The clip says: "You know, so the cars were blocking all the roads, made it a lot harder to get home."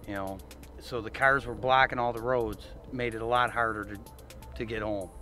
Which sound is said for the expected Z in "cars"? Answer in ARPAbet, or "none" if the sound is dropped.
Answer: Z